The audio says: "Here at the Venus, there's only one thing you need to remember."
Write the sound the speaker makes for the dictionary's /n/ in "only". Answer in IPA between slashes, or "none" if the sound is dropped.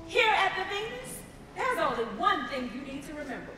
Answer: none